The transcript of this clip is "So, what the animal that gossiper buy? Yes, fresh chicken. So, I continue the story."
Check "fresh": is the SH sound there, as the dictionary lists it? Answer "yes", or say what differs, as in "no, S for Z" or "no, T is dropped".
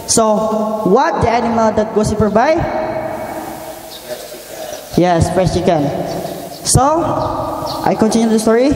no, S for SH